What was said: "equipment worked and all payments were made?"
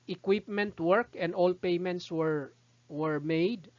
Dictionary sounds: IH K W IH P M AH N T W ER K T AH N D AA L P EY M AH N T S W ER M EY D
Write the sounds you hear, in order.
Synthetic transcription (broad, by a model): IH K W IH P M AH N T W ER K AH N D AA L P EY M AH N T S W ER M EY D